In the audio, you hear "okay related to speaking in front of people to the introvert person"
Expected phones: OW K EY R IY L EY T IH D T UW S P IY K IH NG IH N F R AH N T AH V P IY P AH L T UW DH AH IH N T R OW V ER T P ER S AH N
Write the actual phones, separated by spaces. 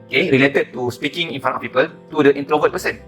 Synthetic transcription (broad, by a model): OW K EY R IY L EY T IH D T UW S P IY K IH NG IH N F AA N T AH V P IY P AH L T UW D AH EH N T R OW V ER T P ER S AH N